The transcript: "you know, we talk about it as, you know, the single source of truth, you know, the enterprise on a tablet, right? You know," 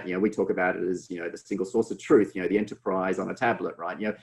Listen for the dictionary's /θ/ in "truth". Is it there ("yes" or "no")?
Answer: yes